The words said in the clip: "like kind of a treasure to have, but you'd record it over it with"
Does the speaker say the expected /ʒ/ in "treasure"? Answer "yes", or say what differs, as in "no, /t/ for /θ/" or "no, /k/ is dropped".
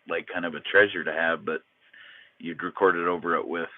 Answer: yes